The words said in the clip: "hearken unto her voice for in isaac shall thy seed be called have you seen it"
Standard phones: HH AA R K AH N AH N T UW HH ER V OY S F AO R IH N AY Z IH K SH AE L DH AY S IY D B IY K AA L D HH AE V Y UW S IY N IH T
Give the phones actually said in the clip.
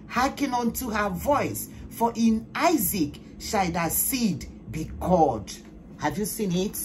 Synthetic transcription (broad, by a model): HH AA K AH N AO N T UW HH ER V OY S F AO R IH N AY Z IH K SH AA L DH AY S IY D B IY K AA D HH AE V Y UW S IY N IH T